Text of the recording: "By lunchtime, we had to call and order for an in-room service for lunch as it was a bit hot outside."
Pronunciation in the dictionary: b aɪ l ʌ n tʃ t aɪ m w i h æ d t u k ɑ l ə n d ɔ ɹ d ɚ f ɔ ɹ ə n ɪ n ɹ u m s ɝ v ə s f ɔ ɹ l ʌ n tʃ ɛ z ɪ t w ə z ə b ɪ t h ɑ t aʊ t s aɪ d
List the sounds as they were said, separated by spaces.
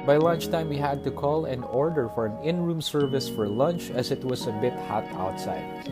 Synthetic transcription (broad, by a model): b aɪ l ʌ n tʃ t aɪ m w i h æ d t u k ɑ l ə n ɔ ɹ d ɚ f ɔ ɹ ə n ɪ n ɹ u m s ɝ v ə s f ɔ ɹ l ʌ n tʃ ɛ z ɪ t w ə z ə b ɪ t h ɑ t aʊ t s aɪ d